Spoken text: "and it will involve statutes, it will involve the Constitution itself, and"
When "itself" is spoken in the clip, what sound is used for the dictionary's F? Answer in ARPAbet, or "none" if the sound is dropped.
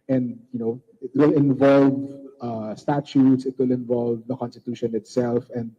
F